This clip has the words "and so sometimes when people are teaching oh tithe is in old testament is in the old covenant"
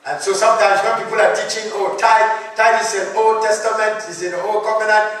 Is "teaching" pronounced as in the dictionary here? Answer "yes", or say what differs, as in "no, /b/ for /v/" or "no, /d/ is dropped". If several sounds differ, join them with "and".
yes